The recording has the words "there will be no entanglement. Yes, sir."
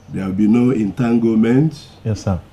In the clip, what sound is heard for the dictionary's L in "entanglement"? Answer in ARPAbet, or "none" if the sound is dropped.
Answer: none